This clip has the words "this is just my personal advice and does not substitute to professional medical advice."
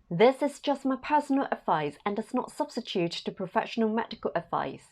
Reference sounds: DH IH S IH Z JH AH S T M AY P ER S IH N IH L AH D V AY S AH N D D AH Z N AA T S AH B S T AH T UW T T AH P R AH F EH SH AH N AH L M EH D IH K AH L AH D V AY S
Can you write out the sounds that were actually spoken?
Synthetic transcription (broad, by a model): DH IH S IH Z JH AH S T M AY P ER S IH N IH L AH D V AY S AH N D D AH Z N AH T S AH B S T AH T UW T T AH P R AH F EH SH AH N AH L M EH D IH K AH L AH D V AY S